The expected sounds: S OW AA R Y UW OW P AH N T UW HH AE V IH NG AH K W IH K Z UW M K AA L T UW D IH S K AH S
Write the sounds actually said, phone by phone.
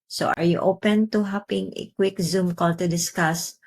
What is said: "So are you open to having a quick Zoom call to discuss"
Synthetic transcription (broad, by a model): S OW AA R Y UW OW P AH N T UW HH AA P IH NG AH K W IH K Z UW M K AA L T UW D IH S K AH S